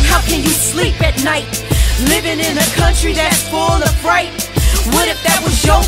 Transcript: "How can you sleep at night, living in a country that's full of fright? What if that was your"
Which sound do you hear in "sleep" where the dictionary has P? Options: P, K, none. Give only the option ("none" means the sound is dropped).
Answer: P